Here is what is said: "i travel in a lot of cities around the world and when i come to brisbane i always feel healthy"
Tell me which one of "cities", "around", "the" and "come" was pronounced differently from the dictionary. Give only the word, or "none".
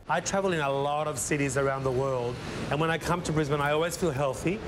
none